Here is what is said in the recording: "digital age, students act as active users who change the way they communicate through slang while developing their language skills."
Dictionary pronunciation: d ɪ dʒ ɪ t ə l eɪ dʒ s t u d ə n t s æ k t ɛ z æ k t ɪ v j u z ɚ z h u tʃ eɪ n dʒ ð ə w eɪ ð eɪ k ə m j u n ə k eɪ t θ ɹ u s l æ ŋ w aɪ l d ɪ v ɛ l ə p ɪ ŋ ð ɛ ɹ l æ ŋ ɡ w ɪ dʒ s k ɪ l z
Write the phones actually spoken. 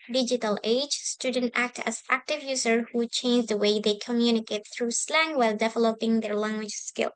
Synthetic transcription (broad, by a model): d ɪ dʒ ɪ t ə l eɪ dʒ s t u d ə n t æ k t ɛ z æ k t ɪ v j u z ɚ h u tʃ eɪ n dʒ ð ə w eɪ ð eɪ k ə m j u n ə k eɪ t θ ɹ u s l æ ŋ w aɪ l d ɪ v ɛ l ə p ɪ ŋ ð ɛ ɹ l æ ŋ ɡ w ɪ dʒ s k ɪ l